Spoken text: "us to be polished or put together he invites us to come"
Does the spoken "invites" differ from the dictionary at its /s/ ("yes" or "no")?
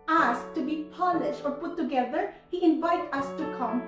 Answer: yes